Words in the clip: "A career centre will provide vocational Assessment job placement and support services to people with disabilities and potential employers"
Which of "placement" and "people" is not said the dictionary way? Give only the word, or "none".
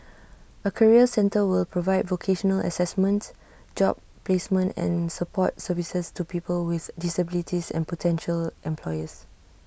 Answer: none